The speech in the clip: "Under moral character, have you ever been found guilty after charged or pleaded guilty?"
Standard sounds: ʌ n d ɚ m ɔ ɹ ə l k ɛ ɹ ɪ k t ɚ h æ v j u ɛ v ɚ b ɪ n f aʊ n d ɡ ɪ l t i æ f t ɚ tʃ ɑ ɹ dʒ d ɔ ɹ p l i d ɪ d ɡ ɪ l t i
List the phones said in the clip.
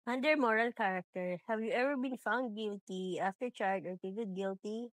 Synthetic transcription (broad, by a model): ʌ n d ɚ m ɔ ɹ ə l k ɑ ɹ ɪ k t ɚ h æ v j u ɛ v ɚ b ɪ n f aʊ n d ɡ ɪ l t i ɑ f t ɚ tʃ ɑ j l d ɔ ɹ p i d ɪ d ɡ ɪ l t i